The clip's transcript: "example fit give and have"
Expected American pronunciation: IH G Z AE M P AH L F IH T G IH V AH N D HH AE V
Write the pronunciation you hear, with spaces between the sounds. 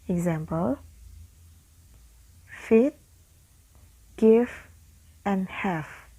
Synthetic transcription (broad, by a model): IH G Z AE M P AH L F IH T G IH F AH N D HH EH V